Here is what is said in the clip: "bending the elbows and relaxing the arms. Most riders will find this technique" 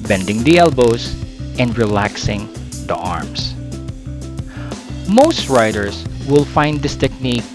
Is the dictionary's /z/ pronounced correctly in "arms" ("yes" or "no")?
no